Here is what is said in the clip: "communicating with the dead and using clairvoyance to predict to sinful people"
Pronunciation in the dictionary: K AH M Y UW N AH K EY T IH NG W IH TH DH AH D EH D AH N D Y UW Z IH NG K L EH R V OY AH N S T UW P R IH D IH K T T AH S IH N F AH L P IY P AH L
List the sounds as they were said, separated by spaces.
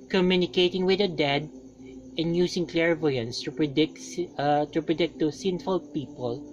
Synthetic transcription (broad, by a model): K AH M Y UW N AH K EY T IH NG W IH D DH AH D EH D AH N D Y UW S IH NG K L EH R V OY AH N S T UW P R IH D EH K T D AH S IH N F AH L P IY P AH L